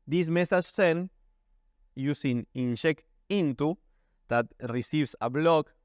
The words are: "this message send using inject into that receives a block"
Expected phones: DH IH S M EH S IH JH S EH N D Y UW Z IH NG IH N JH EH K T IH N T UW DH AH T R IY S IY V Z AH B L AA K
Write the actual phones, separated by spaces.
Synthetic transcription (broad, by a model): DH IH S M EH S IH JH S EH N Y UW S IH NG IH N SH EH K IH N T UW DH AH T R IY S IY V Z AH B L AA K